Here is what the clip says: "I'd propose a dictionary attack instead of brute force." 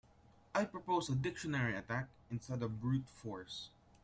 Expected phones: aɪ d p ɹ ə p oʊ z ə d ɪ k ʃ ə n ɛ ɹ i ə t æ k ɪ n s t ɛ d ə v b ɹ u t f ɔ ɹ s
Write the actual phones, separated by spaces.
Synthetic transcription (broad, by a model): aɪ p ɹ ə p oʊ s ə d ɪ k ʃ ə n ɛ ɹ i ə t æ k ɪ n s t ɛ d ə v b ɹ u t f ɔ ɹ s